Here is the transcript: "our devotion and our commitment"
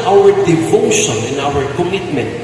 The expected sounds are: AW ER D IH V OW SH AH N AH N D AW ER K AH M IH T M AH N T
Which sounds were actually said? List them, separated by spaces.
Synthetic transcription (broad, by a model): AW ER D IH F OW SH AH N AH N AW ER K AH M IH T M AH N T